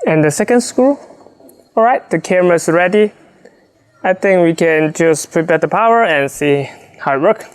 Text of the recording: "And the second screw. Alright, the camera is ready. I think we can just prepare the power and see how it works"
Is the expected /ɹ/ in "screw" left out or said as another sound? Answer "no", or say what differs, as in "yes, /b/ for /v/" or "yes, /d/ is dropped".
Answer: yes, /ɹ/ is dropped